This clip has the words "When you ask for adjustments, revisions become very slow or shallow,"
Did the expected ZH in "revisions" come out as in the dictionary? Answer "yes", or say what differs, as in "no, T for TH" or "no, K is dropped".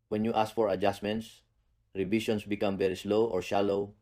no, SH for ZH